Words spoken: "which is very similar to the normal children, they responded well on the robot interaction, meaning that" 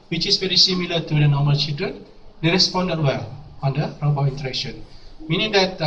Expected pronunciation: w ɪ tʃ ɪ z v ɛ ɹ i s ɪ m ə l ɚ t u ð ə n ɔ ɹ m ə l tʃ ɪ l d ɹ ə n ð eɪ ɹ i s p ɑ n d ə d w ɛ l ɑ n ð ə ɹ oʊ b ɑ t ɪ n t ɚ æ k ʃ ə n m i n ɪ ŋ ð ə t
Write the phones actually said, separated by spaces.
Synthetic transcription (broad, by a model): w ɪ tʃ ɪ s v ɛ ɹ i s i m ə l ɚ t u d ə n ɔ m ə l tʃ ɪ l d ɹ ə n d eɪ ɹ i s p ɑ n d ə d w ɛ l ɑ n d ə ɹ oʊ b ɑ i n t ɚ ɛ k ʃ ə n m i n ɪ ŋ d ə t